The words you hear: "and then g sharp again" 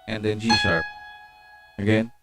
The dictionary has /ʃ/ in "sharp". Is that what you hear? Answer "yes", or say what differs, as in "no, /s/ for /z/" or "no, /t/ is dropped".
no, /s/ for /ʃ/